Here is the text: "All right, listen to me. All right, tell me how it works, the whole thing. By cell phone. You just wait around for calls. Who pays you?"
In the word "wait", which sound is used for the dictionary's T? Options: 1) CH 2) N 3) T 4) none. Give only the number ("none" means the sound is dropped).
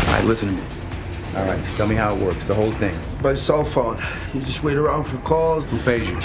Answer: 3